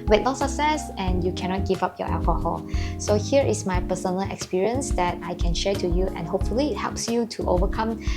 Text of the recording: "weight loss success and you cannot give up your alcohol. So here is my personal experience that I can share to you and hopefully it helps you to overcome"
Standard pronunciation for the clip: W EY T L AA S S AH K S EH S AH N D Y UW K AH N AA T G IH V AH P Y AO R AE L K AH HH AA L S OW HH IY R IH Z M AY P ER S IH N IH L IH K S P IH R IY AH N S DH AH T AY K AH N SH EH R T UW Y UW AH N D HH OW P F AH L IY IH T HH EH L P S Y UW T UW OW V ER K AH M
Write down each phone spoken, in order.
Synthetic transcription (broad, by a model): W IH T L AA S S AH K S EH S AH N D Y UW K AH N AA T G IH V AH P Y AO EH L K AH HH AA L S OW HH IY R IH S M AY P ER S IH N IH L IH K S P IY R IY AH N S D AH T AY K AH N SH EH T UW Y UW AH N HH OW P F AH L IY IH T HH EH L P S Y UW T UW OW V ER K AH M